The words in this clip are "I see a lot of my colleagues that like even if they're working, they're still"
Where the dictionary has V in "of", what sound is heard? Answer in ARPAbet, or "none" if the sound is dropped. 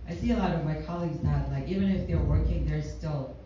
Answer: V